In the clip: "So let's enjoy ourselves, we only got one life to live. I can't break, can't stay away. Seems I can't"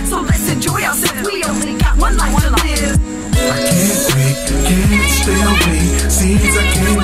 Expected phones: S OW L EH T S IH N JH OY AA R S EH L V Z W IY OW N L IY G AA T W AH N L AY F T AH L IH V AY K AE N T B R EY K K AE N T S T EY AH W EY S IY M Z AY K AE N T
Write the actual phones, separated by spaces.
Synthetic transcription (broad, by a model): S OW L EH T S IH N JH OY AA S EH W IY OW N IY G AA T W AH N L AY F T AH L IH AY K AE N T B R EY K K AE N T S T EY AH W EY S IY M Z AY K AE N